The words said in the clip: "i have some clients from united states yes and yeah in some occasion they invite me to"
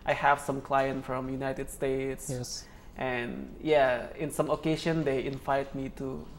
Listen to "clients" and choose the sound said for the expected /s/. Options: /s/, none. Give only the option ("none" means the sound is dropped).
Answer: none